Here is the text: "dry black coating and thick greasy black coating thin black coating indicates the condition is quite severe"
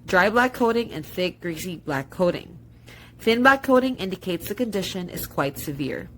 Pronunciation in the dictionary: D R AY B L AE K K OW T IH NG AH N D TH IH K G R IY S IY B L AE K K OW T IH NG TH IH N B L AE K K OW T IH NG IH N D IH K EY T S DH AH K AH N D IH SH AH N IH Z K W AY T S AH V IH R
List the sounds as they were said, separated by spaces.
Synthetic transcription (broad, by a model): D R AY B L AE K K OW T IH NG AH N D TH IH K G R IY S IY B L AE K K OW T IH NG TH IH N B L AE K K OW T IH NG IH N D IH K EY T S DH AH K AH N D IH SH AH N IH Z K W AY T S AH V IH R